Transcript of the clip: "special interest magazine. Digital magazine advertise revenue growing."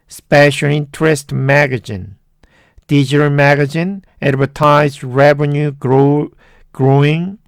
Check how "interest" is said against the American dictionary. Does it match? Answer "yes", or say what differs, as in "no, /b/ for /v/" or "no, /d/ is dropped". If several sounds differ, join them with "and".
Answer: yes